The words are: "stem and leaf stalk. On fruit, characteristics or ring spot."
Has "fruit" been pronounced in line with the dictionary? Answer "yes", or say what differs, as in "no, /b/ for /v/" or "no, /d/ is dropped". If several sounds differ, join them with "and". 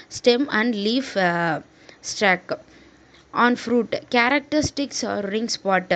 yes